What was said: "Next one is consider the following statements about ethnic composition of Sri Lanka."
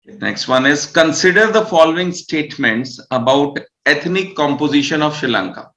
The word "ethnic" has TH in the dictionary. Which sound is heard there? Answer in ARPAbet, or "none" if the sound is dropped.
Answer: T